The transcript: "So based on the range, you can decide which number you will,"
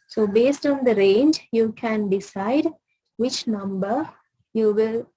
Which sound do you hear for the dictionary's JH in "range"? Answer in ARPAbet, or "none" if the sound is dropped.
JH